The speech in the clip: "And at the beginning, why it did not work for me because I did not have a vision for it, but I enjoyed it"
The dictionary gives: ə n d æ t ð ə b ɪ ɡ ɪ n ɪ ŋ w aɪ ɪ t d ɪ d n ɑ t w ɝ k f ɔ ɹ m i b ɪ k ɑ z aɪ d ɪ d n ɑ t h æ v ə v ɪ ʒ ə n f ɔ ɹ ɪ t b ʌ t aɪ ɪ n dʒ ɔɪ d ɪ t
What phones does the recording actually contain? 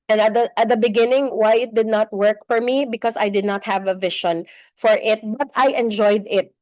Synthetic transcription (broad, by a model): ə n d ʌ t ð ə b ɪ ɡ ɪ n ɪ ŋ w aɪ ɪ t d ɪ d n ɑ t w ɝ k f ɔ ɹ m i b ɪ k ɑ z aɪ d ɪ d n ɑ t h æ v ə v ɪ ʃ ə n f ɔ ɹ ɪ t b ʌ t aɪ ɪ n dʒ ɔɪ d ɪ t